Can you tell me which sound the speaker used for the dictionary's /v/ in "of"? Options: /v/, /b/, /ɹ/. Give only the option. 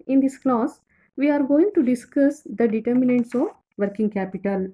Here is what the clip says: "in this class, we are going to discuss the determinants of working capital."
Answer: /v/